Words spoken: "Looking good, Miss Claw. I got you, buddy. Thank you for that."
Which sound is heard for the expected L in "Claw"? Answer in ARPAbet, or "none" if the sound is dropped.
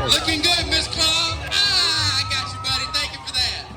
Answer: N